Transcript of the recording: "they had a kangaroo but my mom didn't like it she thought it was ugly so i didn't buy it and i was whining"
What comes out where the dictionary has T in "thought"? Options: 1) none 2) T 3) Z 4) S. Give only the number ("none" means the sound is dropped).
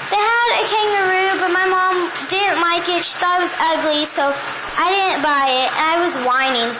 1